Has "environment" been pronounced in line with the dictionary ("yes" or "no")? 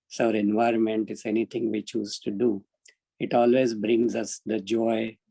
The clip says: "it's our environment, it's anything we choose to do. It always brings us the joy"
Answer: yes